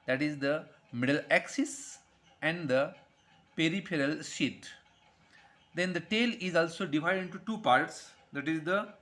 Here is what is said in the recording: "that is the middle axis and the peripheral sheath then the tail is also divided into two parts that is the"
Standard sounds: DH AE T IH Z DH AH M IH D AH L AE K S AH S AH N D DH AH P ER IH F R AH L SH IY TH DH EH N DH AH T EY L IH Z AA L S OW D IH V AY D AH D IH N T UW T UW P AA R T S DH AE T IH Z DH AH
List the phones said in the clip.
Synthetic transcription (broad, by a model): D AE T IH Z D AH M IH D AH L AE K S AH S AH N D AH P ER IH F R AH L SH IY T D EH N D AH T EY L IH Z AA L S OW D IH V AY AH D IH N T UW T UW P AA R T S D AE T IH Z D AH